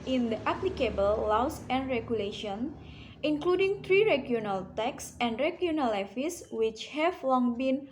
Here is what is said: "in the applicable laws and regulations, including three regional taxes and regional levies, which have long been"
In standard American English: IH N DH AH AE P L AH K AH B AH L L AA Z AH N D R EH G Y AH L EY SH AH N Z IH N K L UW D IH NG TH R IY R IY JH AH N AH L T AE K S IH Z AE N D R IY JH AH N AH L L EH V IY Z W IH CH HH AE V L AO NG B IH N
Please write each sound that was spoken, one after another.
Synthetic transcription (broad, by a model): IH N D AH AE P L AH K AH B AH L L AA S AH N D R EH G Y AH L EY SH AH N IH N K L UW D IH NG T R IY R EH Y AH N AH L T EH K S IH N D R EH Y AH N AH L L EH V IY S W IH CH HH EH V L AO NG B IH N